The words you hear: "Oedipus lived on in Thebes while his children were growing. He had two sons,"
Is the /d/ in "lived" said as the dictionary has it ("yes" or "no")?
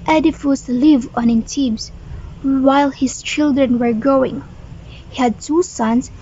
no